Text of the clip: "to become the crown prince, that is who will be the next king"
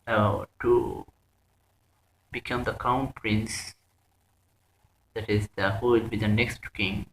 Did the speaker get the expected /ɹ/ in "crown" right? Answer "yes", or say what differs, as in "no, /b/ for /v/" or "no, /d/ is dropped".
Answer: no, /ɹ/ is dropped